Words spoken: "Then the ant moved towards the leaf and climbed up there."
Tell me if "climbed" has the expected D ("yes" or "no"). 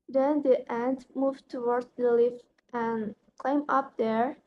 no